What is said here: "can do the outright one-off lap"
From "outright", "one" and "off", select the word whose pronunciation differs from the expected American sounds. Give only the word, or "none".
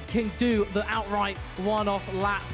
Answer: none